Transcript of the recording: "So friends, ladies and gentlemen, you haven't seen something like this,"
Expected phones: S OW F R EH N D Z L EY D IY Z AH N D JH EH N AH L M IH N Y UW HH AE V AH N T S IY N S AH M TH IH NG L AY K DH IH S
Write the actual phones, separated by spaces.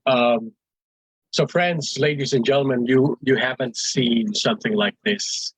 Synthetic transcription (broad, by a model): S OW F R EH N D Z L EY D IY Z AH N JH EH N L M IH N Y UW HH AE V AH N T S IY N S AH M TH IH NG L AY K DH IH S